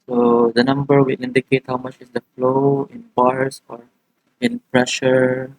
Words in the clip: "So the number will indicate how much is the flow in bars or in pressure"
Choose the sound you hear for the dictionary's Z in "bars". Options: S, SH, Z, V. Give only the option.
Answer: S